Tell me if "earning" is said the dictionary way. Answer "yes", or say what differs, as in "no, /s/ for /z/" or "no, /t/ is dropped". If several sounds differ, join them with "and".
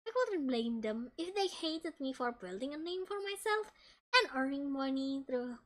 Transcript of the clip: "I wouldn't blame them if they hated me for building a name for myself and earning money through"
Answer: yes